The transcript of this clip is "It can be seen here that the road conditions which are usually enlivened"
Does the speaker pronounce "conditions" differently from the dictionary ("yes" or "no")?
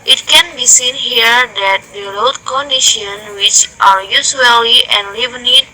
yes